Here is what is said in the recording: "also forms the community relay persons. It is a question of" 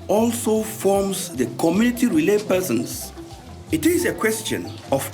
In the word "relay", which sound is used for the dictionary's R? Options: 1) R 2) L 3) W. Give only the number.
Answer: 1